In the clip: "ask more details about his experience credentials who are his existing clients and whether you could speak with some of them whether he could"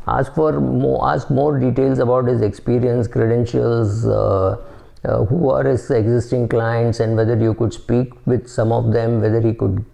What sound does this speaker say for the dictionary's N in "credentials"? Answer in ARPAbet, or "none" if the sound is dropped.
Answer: N